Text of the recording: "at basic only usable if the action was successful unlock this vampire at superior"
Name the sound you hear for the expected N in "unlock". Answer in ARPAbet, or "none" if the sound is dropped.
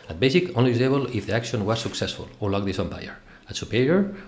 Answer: none